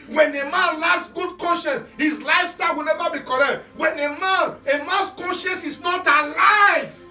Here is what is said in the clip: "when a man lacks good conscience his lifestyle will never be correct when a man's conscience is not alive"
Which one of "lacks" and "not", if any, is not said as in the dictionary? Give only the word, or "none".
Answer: lacks